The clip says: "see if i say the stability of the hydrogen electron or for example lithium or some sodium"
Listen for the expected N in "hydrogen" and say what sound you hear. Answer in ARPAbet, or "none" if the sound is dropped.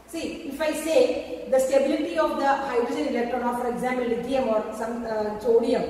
N